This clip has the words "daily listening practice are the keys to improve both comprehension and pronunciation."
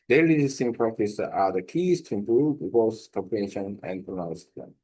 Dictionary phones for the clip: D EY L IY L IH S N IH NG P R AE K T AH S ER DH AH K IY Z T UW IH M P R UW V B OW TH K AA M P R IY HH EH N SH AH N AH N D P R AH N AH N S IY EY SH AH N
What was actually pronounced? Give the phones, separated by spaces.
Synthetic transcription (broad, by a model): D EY L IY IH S IH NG P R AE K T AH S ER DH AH K IY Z T UW IH M P R UW V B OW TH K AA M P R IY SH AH N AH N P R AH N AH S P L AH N